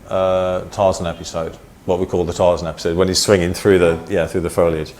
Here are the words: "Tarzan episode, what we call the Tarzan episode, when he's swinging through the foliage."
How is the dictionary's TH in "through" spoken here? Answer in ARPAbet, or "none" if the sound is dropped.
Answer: TH